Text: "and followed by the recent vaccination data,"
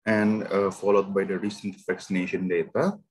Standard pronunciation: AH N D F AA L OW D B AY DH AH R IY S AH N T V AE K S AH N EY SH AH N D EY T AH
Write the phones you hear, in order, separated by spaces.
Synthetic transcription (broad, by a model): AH N D F AA L OW D B AY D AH R IY S AH N T V AE K S AH N EY SH AH N D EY T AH